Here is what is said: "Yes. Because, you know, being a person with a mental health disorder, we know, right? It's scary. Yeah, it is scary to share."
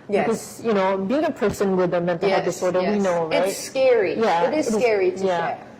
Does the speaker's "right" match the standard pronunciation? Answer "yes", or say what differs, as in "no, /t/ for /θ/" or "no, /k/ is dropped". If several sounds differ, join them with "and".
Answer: no, /t/ is dropped